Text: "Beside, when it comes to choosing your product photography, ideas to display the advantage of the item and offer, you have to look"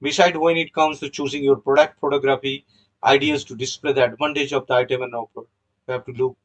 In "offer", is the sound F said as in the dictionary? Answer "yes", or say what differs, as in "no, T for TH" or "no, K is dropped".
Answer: no, P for F